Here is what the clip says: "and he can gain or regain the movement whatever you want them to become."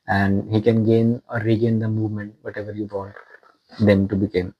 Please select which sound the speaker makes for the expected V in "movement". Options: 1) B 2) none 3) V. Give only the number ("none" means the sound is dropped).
3